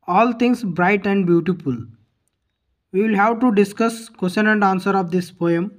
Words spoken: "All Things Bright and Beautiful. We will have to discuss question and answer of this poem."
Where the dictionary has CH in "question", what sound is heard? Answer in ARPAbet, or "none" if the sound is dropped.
SH